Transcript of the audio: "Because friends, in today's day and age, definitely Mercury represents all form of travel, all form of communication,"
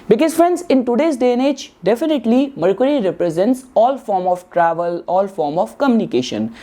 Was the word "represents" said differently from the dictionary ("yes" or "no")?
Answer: no